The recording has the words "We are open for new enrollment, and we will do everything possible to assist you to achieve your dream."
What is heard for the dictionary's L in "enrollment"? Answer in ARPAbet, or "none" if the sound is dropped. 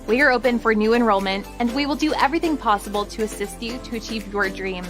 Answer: L